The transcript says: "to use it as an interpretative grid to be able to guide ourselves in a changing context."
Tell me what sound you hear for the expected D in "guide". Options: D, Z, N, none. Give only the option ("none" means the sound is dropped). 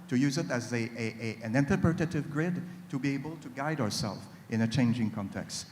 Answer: D